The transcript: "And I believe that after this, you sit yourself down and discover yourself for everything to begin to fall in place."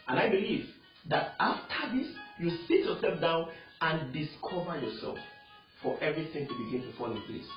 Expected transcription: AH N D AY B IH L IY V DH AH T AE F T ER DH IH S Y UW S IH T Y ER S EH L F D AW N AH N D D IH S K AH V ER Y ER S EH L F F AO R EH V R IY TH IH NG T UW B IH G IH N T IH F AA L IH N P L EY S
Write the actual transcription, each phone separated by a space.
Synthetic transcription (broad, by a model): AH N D AY B IH L IY V DH AH T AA F T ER DH IH S Y UW S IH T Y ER S EH L F D AW N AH N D D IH S K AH V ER Y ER S EH L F F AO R EH V R IY TH IH NG T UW B IH G IH N T IH F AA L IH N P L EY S